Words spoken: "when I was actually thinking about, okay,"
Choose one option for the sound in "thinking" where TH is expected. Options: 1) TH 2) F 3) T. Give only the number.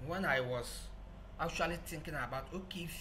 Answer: 3